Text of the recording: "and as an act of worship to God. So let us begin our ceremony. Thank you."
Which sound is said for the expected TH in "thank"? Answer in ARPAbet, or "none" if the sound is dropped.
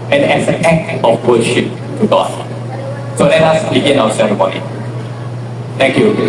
T